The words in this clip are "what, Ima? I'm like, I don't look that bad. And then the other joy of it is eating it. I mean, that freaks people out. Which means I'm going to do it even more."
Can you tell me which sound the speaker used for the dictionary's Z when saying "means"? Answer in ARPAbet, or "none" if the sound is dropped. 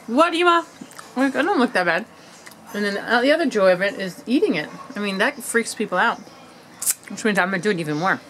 none